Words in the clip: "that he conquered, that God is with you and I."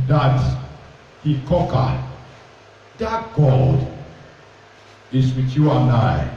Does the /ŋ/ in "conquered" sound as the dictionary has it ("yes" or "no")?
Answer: no